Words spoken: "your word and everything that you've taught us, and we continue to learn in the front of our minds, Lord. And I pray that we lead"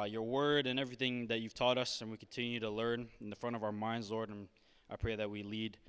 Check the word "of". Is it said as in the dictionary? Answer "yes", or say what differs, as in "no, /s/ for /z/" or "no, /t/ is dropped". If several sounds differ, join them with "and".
yes